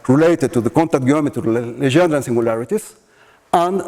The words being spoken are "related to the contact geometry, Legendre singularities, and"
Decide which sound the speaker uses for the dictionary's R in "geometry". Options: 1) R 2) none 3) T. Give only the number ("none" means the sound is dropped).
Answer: 2